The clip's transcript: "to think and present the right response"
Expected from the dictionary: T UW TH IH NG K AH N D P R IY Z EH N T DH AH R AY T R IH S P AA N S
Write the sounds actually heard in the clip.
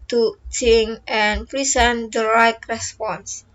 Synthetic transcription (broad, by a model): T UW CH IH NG AH N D P R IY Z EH N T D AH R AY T R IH S P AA N S